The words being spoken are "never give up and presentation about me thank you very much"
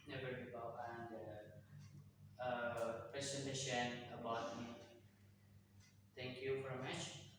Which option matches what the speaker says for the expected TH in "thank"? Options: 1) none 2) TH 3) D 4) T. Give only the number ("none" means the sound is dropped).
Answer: 4